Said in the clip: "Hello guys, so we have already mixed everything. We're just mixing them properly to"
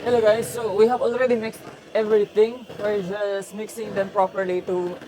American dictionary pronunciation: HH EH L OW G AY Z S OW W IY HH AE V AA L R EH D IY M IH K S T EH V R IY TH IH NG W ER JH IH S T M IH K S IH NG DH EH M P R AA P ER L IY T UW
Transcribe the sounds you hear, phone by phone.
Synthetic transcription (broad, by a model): HH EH L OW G AY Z S OW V IY HH AE V AA L R EH D IY M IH K S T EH V R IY T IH NG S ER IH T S M IH K S IH NG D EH M P R AA P ER L IY T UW